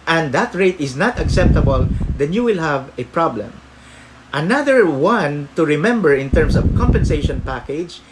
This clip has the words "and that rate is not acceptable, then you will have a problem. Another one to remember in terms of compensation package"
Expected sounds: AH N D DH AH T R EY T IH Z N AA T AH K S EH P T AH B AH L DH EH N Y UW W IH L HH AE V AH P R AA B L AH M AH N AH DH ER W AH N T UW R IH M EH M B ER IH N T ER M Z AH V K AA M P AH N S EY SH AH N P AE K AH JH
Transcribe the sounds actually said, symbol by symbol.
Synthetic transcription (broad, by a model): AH N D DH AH T R EY T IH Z N AA T AH K S EH P T AH B AH L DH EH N Y UW W IH L HH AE V AH P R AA B L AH M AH N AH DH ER W AH N T UW R IH M EH M B ER IH N T ER M S AH V K AA M P AH N S EY SH AH N P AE K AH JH